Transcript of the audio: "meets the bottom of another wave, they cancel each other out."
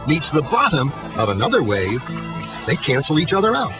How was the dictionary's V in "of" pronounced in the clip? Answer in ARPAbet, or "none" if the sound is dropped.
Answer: V